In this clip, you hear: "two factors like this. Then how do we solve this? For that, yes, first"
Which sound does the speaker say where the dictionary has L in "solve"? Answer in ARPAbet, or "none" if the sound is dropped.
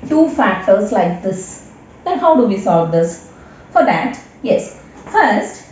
none